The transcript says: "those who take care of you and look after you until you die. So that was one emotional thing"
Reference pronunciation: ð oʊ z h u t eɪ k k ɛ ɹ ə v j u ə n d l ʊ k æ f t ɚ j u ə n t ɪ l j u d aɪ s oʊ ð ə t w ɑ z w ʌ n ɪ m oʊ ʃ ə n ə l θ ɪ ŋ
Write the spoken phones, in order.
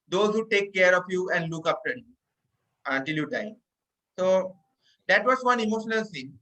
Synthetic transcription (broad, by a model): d oʊ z h u t eɪ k k ɛ ɹ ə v j u ə n d l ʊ k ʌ p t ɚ j u ə n t ɪ l j u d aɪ s oʊ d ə t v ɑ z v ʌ n ɪ m oʊ ʃ ə n ə l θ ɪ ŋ